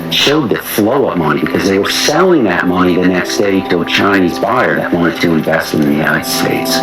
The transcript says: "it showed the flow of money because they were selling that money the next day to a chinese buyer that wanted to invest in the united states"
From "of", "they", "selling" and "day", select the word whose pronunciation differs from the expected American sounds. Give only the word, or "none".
of